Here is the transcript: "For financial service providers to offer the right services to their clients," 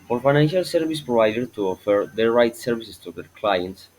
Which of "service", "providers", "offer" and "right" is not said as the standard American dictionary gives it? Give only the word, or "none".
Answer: providers